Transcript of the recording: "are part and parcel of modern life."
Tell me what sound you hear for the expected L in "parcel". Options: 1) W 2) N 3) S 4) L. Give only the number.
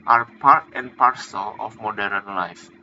4